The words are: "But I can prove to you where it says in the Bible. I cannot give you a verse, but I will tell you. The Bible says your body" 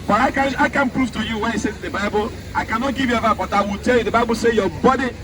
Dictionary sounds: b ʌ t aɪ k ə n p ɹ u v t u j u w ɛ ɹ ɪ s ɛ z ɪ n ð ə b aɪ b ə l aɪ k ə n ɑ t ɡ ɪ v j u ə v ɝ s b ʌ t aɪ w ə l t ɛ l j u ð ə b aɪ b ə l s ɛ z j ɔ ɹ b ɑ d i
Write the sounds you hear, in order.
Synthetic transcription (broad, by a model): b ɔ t aɪ k ə n p ɹ u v t u j u w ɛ ɪ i s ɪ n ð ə b aɪ b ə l aɪ k ə n ɑ t ɡ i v j u ə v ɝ b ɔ t aɪ w ə l t ɛ l j u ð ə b aɪ b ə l s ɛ j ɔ b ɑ d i